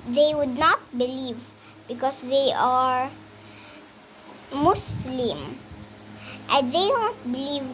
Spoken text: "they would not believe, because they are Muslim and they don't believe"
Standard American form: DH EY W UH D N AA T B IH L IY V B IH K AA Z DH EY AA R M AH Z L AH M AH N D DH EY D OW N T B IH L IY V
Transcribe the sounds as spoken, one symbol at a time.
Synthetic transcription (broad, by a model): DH EY W UH D N AA T B IH L IY V B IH K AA S DH EY AA R M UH S L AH M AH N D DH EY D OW N T B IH L IY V